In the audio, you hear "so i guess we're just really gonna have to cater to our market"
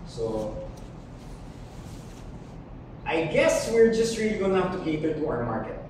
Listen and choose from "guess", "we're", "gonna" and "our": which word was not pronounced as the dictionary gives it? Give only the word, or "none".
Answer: gonna